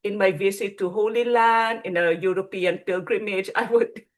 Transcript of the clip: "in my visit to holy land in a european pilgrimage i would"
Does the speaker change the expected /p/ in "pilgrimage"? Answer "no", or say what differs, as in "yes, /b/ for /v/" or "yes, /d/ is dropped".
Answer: no